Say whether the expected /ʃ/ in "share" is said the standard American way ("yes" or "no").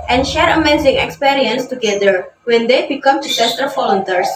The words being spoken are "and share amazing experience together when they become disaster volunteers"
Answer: yes